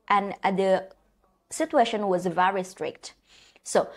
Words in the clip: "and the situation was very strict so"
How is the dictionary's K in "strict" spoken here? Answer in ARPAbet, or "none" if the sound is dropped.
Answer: K